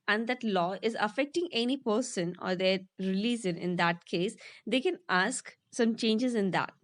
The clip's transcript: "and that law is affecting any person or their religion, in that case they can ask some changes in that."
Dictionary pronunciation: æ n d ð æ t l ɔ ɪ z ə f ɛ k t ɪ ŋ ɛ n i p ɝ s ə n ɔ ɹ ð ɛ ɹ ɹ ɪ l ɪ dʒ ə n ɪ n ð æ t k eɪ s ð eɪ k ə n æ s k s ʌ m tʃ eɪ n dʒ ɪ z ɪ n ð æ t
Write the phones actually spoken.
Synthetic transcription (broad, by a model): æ n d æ t l ɔ ɪ z ə f ɛ k t ɪ ŋ ɛ n i p ɝ s ə n ɔ ɹ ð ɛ ɹ ɹ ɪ l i z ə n ɪ n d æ t k eɪ s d eɪ k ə n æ s k s ʌ m tʃ eɪ n dʒ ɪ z ɪ n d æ t